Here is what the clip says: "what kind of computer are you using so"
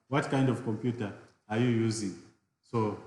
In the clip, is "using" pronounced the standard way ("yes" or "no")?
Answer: yes